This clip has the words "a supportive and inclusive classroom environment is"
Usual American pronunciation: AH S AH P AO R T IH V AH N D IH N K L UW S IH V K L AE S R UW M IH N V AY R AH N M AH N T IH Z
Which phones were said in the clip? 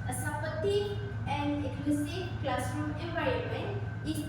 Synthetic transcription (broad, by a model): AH S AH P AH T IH AH N D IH K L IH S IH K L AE S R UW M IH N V AY R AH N M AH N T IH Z